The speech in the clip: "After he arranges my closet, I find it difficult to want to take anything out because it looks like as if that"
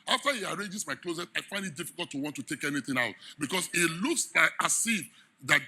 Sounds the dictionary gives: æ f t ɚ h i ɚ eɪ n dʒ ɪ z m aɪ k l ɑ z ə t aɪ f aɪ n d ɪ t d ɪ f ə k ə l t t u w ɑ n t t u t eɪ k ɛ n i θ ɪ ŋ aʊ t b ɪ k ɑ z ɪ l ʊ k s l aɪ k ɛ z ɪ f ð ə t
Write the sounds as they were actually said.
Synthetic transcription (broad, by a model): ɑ f t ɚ h i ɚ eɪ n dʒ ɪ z m aɪ k l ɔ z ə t aɪ f aɪ n d ɪ t d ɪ f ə k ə l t t u w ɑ n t t u t eɪ k ɛ n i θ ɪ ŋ aʊ t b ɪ k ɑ s ɪ l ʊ k s l aɪ k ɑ s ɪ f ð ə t